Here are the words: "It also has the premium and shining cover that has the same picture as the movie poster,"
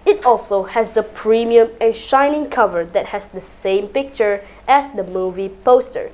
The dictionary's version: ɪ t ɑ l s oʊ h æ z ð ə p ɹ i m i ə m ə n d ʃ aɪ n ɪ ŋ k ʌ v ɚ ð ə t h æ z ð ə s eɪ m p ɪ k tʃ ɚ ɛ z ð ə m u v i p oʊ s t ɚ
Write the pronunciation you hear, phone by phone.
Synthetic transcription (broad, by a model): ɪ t ɑ l s oʊ h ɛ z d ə p ɹ i m i ə m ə n ʃ aɪ n ɪ ŋ k ʌ v ɚ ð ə t h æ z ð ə s eɪ m p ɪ k tʃ ɚ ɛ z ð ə m u v i p oʊ s t ɚ